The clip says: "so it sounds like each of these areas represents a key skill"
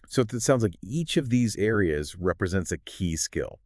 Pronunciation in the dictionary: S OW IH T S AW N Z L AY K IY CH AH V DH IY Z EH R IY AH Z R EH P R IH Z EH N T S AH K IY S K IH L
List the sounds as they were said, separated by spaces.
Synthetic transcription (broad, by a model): S OW IH T S AW N Z L AY K IY CH AH V DH IY Z EH R IY AH Z R EH P R IH Z EH N T S AH K IY S K IH L